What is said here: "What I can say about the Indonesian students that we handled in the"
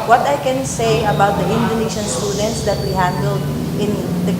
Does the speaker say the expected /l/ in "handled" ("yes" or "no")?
yes